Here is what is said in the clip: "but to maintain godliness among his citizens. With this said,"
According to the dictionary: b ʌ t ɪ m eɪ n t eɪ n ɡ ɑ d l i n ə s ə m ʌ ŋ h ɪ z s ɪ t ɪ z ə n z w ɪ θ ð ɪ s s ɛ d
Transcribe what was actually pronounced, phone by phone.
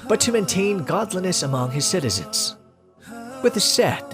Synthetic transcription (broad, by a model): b ʌ t ɪ m eɪ n t eɪ n ɡ ɑ d l i n ə s ə m ʌ ŋ ɪ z s ɪ t ɪ z ə n z w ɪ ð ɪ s s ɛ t